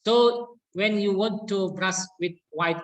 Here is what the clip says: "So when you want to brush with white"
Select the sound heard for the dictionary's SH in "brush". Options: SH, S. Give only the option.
S